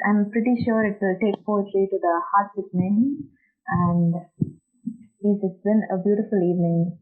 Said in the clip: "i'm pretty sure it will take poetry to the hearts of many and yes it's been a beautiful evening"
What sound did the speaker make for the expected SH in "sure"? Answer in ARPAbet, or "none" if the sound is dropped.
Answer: SH